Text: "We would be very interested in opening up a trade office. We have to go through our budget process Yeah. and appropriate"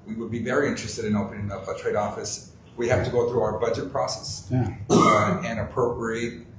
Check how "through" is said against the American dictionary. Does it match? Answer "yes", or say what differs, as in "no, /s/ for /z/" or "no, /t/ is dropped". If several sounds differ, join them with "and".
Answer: yes